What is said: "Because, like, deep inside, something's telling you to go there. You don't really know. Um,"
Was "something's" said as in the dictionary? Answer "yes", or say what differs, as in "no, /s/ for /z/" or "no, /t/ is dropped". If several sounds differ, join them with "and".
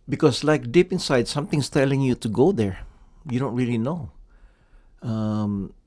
no, /s/ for /z/